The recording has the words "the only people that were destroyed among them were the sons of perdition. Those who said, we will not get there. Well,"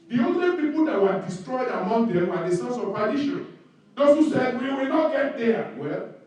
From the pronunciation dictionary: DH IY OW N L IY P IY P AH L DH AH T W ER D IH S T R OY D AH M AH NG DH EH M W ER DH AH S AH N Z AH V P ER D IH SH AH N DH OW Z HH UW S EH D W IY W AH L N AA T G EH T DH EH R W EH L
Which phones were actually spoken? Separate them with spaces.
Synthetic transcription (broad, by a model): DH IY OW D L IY P IY P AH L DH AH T W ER D IH S T R OY D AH M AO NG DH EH M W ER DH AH S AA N S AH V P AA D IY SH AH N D OW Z HH UW S EH D W IY W AH L N AA T G EH T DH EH W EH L